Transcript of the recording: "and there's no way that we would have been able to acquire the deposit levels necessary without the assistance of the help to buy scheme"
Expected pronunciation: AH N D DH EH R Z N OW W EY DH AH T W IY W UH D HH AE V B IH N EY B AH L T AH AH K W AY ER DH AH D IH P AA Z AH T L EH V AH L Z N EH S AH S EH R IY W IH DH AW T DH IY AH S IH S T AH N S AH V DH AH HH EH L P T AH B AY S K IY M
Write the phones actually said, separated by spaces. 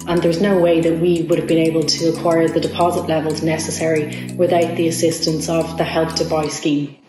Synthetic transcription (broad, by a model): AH N DH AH R Z N OW W EY DH AH T W IY W UH D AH V B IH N EY B AH L T AH AH K W AY ER DH AH D IH P AA Z AH T L EH V AH L Z N EH S AH S EH R IY W IH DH AW T DH IY AH S IH S T AH N S AH V DH AH HH EH L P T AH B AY S K IY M